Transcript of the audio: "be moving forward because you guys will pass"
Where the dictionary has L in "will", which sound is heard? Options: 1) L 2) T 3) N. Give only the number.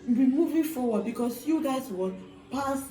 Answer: 3